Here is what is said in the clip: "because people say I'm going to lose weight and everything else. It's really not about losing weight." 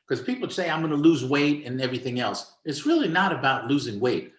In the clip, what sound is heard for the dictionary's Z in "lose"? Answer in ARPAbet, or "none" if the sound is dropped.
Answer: Z